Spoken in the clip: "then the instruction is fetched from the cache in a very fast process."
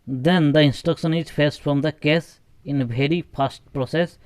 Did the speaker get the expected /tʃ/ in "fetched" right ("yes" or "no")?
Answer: no